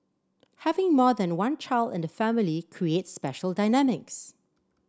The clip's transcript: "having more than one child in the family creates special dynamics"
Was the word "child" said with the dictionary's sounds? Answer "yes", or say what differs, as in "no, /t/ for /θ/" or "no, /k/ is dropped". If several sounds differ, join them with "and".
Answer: yes